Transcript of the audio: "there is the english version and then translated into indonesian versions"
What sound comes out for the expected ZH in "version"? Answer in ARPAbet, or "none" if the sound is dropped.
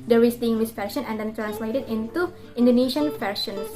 SH